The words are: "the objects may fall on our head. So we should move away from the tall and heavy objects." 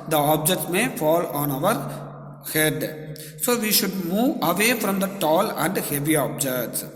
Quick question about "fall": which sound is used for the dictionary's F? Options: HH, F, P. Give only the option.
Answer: F